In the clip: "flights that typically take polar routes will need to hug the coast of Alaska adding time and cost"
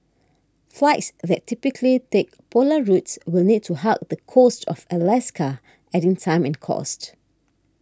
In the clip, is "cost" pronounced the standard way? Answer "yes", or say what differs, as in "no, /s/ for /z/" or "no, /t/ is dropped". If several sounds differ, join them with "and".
yes